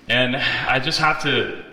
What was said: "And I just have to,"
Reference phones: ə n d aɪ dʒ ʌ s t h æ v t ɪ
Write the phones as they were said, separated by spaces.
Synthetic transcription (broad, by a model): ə n aɪ dʒ ʌ s t h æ f t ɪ